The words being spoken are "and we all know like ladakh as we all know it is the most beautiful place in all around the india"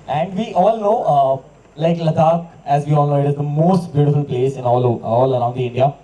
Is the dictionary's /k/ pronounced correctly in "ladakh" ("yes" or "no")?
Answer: no